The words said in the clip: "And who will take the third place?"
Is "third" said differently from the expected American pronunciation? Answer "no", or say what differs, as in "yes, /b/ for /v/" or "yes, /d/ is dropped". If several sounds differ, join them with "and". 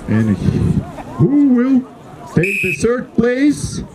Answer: yes, /s/ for /θ/